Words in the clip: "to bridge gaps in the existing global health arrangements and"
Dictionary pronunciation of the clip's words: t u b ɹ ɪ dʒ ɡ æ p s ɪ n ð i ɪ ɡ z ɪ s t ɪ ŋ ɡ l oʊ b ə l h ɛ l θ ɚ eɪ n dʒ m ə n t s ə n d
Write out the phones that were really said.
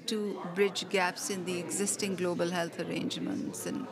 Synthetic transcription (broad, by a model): t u b ɹ ɪ dʒ ɡ æ p s ɪ n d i ɪ ɡ z ɪ s t ɪ ŋ ɡ l oʊ b ə l h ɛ l t ɚ eɪ n dʒ m ə n t s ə n